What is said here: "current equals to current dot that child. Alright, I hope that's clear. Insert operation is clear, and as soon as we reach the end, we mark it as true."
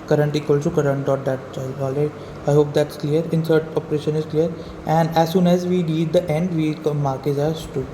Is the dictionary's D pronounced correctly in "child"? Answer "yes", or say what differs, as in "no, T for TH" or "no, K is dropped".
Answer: no, D is dropped